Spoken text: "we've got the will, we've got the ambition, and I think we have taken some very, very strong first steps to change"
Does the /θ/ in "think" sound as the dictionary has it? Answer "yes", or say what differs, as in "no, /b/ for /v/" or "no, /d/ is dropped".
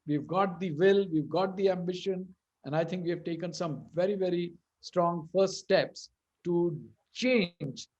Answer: no, /t/ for /θ/